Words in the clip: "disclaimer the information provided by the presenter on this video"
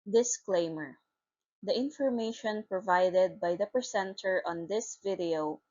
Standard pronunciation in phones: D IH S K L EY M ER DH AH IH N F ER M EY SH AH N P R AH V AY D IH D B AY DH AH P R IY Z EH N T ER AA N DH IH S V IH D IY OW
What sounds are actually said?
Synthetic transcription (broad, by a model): D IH S K L EY M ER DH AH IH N F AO M EY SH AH N P R AH V AY D IH D B AY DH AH P IY S EH N T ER AA N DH IH S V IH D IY OW